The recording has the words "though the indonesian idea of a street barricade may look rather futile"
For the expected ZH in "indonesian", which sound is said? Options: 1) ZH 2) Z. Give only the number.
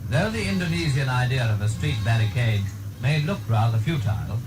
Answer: 2